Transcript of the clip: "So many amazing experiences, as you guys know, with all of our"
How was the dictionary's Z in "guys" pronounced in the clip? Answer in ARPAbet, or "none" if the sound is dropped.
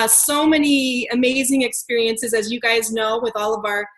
Z